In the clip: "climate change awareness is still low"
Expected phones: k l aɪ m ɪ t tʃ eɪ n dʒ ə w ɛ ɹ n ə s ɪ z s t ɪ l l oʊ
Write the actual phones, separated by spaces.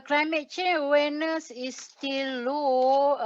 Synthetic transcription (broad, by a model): k l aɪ m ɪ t tʃ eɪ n ə w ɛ n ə s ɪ s t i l l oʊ